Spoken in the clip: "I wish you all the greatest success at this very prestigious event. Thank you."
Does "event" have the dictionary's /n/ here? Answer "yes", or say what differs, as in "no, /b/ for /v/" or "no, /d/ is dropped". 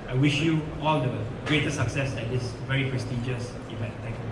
no, /n/ is dropped